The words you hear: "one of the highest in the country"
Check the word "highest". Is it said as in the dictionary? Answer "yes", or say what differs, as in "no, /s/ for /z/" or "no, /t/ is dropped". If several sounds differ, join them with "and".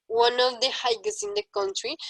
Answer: no, /t/ is dropped